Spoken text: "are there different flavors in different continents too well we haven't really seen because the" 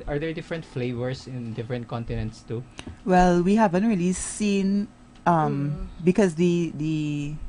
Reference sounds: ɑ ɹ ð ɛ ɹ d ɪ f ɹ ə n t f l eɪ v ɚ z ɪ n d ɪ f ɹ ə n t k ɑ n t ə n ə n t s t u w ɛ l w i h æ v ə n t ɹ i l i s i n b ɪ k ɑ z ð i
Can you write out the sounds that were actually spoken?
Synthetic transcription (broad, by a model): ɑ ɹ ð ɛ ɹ d ɪ f ɹ ə n t f l eɪ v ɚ s ɪ n d ɪ f ɹ ə n t k ɑ n t ə n ə n t s t u w ɛ l w i h æ v ə n t ɹ i l i s i n b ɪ k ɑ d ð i